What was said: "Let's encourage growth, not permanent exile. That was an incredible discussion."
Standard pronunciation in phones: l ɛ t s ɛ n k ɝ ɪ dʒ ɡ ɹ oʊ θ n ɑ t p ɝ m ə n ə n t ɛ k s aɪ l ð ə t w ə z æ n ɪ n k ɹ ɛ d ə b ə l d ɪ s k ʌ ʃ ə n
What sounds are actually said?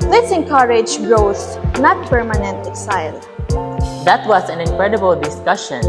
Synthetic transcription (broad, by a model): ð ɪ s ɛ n k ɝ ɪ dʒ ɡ ɹ oʊ s n ɑ t p ɝ m ə n ə n t ɛ k s aɪ l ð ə t w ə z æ n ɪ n k ɹ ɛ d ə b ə l d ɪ s k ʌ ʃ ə n